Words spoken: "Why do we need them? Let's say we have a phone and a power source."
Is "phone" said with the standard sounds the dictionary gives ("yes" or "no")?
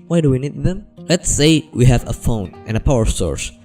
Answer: yes